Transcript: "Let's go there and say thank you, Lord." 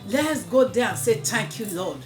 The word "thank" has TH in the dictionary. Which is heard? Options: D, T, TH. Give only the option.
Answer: T